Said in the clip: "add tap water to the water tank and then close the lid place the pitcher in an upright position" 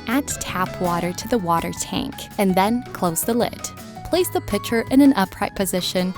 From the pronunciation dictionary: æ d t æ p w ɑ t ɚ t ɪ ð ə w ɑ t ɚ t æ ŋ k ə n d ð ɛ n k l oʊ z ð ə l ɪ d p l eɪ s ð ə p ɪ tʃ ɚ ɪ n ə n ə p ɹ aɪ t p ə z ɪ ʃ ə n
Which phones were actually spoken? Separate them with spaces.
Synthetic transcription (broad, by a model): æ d t æ p w ɑ t ɚ t ɪ ð ə w ɑ t ɚ t æ ŋ k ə n ð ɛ n k l oʊ z ð ə l ɪ d p l eɪ s ð ə p ɪ tʃ ɚ ɪ n ə n ə p ɹ aɪ t p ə z ɪ ʃ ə n